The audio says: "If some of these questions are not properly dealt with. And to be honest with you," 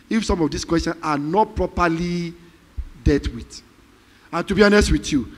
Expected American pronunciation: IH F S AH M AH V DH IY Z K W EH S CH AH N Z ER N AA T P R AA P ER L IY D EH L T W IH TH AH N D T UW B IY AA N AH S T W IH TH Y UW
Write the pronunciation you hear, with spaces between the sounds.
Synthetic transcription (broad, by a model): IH F S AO M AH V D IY S K W EH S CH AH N AA N AA T P R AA P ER L IY D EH T W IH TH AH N T UW B IY AA N AH S T W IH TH Y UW